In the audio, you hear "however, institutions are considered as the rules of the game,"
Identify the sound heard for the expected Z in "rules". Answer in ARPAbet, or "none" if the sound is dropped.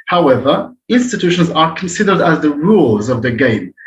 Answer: Z